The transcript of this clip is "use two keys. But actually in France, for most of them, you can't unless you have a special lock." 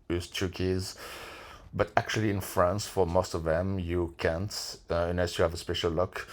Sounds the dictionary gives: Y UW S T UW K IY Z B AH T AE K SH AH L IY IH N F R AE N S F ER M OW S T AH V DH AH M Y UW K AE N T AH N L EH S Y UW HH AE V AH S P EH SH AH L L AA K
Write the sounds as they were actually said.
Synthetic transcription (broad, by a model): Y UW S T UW K IY Z B AH T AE K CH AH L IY IH N F R AE N S F ER M OW S T AH V DH AH M Y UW K AE N T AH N EH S Y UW HH AE V AH S P EH SH AH L L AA K